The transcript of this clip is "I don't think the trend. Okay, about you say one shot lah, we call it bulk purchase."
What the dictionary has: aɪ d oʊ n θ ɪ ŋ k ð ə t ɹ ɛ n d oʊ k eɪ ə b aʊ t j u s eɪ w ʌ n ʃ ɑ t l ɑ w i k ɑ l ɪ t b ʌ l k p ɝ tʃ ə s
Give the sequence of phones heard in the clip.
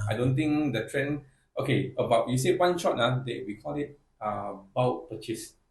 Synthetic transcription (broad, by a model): aɪ d oʊ n t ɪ ŋ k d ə t ɹ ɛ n oʊ k eɪ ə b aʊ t j u s eɪ w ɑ n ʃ ɑ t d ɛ w i k ɑ l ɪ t b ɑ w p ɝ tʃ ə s